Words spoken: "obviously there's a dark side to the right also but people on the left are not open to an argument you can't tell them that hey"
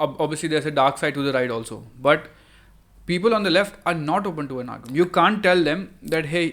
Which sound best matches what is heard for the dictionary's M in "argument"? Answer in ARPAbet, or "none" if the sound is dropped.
none